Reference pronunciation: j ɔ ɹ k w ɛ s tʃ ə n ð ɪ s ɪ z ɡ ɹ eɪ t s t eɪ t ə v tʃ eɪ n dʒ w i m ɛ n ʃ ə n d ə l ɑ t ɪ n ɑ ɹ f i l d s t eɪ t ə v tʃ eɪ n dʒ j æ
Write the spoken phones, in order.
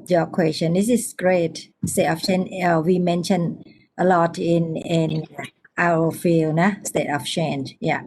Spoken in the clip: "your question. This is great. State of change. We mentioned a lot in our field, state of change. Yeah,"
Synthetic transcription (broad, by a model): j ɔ k w ɛ s tʃ ə n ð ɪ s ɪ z ɡ ɹ eɪ t s t eɪ t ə f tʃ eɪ n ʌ w i m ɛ n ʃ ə n ə l ɑ t ɪ n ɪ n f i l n s t eɪ t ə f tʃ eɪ n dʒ j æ